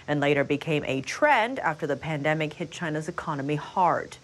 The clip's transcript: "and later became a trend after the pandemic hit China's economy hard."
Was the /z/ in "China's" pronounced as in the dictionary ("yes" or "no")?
yes